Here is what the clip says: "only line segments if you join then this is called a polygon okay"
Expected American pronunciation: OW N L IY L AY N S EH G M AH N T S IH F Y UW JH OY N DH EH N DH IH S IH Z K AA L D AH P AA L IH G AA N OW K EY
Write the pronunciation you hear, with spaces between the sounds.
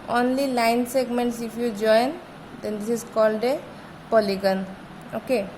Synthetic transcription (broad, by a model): OW N L IY L AY N S EH G M AH N T S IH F Y UW JH OY N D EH N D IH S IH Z K AA L D AH P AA L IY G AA N OW K EY